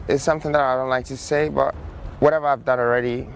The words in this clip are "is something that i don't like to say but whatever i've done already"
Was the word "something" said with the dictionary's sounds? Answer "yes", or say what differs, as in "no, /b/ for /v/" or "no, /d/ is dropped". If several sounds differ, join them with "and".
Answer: yes